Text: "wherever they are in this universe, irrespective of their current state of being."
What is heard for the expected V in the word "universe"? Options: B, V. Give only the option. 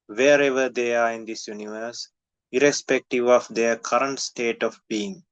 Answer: V